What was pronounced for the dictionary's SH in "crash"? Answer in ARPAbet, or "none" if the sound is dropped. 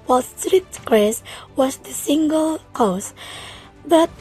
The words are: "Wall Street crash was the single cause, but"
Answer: S